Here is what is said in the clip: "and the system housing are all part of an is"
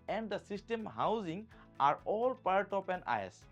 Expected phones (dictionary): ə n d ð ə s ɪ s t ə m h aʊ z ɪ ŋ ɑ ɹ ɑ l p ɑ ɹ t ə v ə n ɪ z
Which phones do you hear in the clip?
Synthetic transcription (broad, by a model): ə n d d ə s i s t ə m h aʊ z ɪ ŋ ɑ ɹ ɑ l p ɑ ɹ t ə p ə n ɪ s